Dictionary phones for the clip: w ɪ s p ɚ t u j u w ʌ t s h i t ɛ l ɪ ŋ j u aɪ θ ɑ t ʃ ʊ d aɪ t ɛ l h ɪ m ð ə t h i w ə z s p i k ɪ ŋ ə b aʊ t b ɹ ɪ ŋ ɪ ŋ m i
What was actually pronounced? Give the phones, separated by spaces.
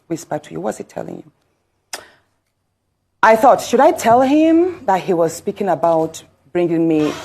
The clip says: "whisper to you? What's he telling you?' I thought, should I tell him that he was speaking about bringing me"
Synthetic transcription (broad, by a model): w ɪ s p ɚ t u j u w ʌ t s h i t ɛ l ɪ ŋ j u aɪ θ ɑ t ʃ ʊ d aɪ t ɛ l h ɪ m ð ə t h i w ə z s p i k ɪ ŋ ə b aʊ t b ɹ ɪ ŋ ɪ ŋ m i